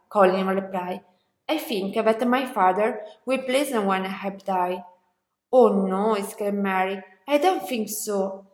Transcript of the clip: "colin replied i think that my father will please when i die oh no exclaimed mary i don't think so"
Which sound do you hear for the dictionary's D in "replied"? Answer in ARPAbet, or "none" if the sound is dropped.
none